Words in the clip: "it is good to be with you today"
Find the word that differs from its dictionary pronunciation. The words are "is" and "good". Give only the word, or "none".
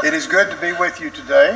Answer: none